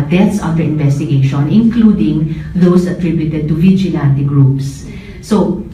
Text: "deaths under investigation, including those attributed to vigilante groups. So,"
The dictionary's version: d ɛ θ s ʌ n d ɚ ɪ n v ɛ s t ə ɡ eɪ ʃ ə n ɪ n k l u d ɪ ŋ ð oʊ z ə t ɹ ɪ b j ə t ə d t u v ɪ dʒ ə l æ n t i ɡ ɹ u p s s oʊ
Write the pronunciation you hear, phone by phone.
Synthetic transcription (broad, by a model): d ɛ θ s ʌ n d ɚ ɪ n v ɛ s t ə ɡ eɪ ʃ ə n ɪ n k l u d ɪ ŋ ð oʊ s ə t ɹ ɪ b j ə t ə d t u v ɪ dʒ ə l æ n t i ɡ ɹ u p s s oʊ